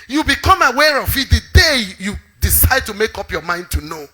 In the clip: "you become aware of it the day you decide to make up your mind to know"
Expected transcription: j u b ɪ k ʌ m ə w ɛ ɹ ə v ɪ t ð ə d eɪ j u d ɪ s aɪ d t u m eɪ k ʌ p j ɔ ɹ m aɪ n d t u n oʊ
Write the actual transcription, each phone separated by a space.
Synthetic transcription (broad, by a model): j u b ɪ k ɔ m ə w ɛ ɹ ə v ɪ t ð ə d eɪ j u d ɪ s aɪ d t u m eɪ k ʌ p j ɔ m aɪ n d t u n oʊ